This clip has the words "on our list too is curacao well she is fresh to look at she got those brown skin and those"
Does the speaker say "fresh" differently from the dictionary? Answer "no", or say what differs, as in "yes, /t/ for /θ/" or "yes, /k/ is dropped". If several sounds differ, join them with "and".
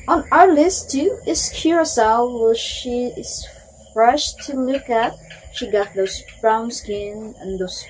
no